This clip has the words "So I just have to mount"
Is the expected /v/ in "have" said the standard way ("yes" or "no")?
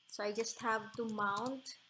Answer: yes